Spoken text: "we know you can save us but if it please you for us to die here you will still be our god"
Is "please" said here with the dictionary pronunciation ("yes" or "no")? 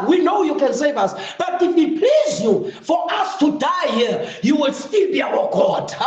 yes